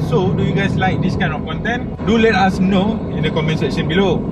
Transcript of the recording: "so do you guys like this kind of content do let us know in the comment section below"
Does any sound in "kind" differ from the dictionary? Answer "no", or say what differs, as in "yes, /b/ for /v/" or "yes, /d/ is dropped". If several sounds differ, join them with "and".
yes, /d/ is dropped